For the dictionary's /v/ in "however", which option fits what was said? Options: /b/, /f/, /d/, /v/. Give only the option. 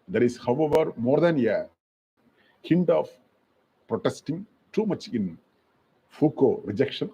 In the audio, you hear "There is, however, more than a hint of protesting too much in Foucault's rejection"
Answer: /v/